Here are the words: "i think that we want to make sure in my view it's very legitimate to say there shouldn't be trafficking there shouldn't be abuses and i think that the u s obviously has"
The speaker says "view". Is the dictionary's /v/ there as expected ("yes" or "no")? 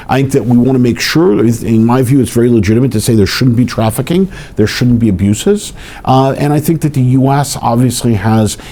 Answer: yes